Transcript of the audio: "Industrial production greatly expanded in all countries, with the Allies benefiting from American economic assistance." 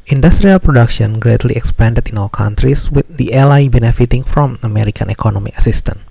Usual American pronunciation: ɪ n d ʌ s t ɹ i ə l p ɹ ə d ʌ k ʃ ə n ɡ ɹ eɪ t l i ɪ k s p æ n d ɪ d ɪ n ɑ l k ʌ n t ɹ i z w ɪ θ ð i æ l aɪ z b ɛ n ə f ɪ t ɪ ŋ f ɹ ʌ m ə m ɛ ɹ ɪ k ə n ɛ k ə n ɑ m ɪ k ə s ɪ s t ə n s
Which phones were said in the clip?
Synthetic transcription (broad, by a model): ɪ n d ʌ s t ɹ i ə l p ɹ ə d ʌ k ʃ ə n ɡ ɹ eɪ t l i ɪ k s p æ n d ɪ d ɪ n ɑ l k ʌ n t ɹ i s w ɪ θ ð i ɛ l aɪ b ɛ n ə f ɪ t ɪ ŋ f ɹ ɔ m ə m ɛ ɹ ɪ k ə n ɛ k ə n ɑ m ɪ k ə s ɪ s t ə n